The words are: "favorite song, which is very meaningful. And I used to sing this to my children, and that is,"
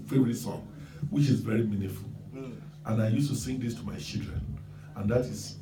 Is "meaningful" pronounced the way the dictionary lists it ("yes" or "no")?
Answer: no